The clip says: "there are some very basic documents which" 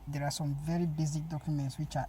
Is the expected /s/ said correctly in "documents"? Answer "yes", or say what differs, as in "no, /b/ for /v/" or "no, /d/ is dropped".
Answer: yes